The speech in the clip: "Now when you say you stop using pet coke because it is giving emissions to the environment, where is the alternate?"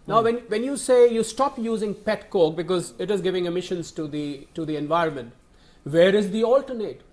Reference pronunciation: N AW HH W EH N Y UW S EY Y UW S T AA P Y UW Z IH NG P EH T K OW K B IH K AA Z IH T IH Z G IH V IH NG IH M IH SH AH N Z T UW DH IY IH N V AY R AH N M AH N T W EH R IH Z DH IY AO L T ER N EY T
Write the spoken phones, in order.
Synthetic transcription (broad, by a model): N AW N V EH N Y UW S EY Y UW S T AA P Y UW Z IH NG P EH T K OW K B IH K AA Z IH T IH Z G IH V IH NG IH M IH SH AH N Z T UW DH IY IH N V AY R AH N M AH N T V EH R IH Z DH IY AO L T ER N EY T